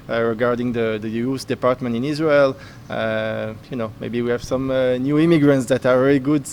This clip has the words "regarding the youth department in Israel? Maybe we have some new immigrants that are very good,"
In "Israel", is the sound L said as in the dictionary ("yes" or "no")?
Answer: no